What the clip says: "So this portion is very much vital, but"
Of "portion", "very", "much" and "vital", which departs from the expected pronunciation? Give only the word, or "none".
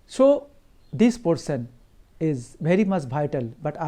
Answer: portion